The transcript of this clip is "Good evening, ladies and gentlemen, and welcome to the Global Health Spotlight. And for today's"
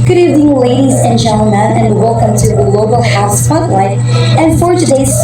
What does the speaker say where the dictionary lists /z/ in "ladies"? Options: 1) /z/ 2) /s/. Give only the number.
1